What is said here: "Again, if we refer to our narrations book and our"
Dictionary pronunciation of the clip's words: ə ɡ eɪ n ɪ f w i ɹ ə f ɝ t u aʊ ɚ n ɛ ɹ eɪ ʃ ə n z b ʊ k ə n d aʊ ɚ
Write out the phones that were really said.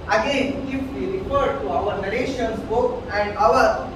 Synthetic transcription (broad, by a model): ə ɡ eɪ n ɪ f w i ɹ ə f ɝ t u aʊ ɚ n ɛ l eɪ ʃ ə n s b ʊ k ə n d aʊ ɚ